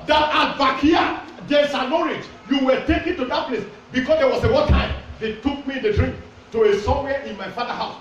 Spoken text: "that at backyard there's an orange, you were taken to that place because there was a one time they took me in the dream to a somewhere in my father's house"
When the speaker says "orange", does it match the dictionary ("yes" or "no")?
no